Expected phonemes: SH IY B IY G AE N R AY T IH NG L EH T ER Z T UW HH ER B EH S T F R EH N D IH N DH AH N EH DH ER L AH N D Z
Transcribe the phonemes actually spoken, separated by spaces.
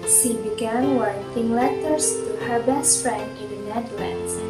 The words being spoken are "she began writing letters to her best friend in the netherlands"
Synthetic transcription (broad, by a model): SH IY B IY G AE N W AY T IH NG L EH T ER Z T UW HH ER B EH S T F R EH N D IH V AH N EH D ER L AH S